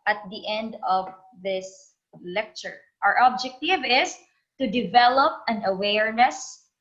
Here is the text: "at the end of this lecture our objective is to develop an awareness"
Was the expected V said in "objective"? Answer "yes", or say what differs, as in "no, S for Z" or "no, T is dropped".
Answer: yes